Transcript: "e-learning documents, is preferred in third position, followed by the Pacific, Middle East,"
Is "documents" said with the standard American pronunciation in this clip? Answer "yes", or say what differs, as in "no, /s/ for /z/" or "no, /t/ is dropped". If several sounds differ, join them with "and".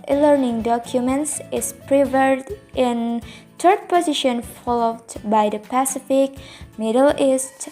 yes